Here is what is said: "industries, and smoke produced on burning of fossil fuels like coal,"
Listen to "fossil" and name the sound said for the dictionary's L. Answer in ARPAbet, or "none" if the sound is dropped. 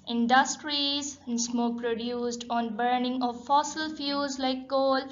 L